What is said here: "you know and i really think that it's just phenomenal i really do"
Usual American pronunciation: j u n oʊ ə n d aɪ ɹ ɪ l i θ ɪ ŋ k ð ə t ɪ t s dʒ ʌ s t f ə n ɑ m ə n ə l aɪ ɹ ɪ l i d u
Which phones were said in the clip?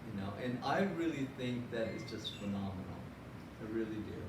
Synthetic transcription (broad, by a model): j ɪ n oʊ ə n aɪ ɹ ɪ l i θ ɪ ŋ k ð ə t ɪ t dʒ ʌ s t f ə n ɑ m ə n l aɪ ɹ ɪ l i d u